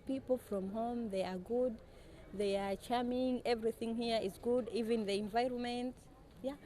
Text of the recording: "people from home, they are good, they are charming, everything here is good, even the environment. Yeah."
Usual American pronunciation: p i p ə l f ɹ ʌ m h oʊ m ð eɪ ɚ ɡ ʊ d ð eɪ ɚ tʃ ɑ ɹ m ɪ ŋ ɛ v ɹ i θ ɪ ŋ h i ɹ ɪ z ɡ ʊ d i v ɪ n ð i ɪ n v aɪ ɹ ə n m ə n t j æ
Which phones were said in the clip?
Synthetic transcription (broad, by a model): p i p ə l f ɹ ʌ m h oʊ m ð eɪ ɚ ɡ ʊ d ð eɪ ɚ tʃ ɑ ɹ m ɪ ŋ ɛ v ɹ i θ ɪ ŋ h i ɹ ɪ z ɡ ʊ d i v ɪ n ð i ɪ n v aɪ ɹ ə n m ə n t j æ